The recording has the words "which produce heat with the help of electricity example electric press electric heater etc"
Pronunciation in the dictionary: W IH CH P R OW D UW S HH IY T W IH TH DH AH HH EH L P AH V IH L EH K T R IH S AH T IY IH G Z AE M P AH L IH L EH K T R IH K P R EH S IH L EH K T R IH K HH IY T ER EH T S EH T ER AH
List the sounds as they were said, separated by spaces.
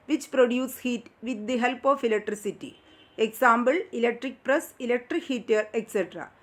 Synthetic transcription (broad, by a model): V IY CH P R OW D UW S HH IY T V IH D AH HH EH L P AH F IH L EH K T R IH S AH T IY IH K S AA M B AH L IH L EH K T R IH K P R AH S IH L EH K T R IH K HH IY T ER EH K S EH T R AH